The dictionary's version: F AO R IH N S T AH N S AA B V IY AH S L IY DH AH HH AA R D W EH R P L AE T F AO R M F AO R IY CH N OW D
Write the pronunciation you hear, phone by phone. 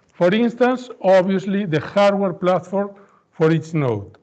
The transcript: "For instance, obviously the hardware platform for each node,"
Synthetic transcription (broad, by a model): F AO R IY N S T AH N S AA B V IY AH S L IY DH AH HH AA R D W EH R P L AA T F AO R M F AO R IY S N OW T